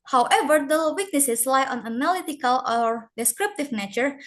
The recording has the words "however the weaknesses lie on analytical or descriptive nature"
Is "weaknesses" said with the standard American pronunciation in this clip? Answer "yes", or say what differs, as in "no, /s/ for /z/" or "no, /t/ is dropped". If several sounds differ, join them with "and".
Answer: no, /s/ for /z/